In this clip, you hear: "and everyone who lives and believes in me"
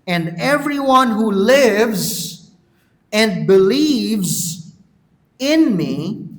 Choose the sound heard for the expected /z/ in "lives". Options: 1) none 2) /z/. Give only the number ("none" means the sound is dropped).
2